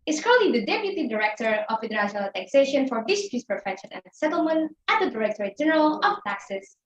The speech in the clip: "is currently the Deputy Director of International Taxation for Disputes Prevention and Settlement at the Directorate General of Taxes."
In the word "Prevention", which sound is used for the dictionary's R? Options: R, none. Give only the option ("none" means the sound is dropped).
none